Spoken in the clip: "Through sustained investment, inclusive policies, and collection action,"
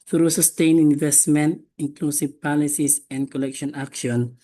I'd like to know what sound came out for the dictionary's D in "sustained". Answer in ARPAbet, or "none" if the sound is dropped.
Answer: none